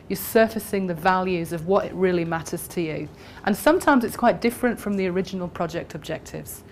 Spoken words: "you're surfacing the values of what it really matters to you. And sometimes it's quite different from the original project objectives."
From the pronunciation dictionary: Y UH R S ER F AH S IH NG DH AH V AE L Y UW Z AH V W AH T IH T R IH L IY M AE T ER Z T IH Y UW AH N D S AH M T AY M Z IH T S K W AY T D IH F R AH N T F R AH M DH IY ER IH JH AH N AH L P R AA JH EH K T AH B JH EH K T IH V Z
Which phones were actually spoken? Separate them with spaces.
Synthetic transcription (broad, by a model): Y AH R S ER F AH S IH NG DH AH V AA L Y UW Z AH V W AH T IH T R IH L IY M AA T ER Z T IH Y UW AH N S AH M T AY M Z IH T S K W AY T D IH F R AH N T F R AH M DH IY ER IH JH AH N AH L P R AA JH EH K T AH B JH EH K T IH V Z